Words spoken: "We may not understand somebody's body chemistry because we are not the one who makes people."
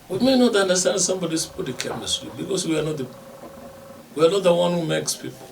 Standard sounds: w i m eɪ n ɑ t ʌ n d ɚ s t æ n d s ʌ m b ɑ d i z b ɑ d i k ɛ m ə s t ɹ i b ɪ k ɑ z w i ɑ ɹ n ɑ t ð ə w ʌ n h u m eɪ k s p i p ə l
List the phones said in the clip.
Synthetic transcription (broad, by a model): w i m eɪ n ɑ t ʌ n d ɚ s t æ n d s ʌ m b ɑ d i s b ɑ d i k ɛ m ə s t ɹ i b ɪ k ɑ s w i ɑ w n ɑ t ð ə w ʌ n h u m eɪ k s p i p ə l